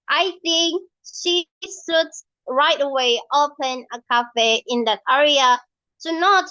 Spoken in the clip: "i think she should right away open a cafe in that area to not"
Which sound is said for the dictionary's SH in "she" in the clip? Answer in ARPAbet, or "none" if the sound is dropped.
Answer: SH